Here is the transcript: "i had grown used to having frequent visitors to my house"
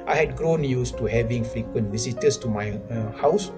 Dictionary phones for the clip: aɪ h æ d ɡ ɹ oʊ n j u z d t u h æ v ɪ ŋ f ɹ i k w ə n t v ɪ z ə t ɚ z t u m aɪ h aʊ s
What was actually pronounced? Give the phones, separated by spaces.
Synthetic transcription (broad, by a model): aɪ h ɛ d ɡ ɹ oʊ n j u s t u h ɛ v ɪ ŋ f ɹ i k w ə n t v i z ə t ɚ s t u m aɪ h aʊ s